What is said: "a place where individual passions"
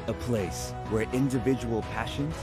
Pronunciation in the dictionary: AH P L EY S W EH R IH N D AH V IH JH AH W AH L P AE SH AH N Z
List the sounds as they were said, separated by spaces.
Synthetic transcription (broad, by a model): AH P L EY S W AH R IH N D AH V IH JH AH W AH L P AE SH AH N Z